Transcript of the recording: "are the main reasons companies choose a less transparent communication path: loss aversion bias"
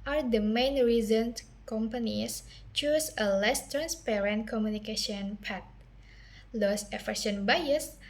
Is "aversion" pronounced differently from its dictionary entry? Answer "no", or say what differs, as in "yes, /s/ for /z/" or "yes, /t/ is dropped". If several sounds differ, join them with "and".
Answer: yes, /f/ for /v/ and /ʃ/ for /ʒ/